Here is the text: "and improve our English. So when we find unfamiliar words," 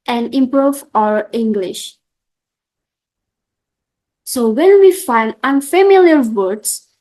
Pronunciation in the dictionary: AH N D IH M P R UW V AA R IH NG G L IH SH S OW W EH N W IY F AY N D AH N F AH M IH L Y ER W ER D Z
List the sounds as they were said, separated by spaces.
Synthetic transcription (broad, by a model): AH N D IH M P R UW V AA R IH NG G L IH SH S OW W EH N W IY F AY N D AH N F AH M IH L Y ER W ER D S